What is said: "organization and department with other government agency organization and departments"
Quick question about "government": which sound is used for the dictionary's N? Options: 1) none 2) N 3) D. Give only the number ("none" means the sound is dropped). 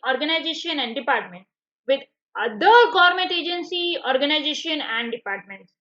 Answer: 1